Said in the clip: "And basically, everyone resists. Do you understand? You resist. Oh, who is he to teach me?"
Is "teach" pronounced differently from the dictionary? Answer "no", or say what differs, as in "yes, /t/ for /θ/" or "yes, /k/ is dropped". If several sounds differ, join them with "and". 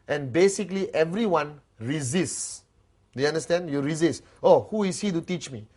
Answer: no